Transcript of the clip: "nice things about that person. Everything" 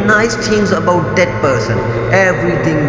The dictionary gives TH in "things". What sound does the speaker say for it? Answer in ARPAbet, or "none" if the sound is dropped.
T